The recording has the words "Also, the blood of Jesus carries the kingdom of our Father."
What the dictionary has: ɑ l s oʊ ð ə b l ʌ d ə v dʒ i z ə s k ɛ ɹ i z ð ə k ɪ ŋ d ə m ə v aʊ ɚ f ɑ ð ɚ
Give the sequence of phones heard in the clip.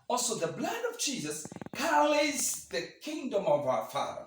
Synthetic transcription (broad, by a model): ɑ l s oʊ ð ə b l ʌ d ə v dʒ i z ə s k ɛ l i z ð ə k ɪ ŋ d ə m ə v aʊ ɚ f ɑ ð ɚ